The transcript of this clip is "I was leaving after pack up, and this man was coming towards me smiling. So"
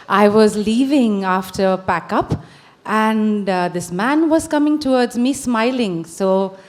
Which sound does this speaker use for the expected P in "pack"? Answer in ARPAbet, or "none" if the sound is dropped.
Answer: B